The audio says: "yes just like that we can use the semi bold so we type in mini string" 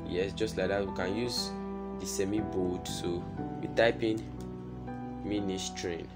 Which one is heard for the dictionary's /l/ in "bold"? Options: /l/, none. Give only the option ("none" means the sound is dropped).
none